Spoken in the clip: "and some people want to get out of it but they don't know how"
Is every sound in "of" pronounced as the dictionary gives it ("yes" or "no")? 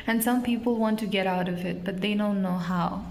yes